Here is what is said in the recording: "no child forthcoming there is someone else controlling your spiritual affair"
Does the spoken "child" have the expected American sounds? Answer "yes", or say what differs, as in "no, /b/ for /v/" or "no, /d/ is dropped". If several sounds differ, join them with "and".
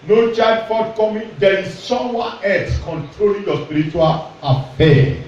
no, /l/ is dropped